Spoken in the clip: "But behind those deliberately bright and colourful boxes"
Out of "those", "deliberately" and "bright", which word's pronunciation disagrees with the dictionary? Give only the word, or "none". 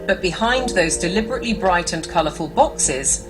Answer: none